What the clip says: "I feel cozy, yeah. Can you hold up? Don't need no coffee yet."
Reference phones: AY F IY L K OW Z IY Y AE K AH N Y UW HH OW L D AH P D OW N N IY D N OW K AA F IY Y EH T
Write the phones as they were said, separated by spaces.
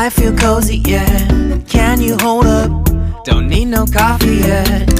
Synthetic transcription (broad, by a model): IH F IY L K OW Z IY Y AE K AH N Y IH HH OW L D AH P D OW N N IY D N OW K AA F IY Y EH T